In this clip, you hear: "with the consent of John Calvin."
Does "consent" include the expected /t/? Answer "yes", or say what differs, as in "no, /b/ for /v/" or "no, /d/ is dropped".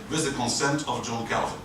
yes